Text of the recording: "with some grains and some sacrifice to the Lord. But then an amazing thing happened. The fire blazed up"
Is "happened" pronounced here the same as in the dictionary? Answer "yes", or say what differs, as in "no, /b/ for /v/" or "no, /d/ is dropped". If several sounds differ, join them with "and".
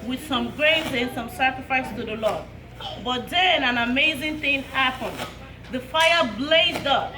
yes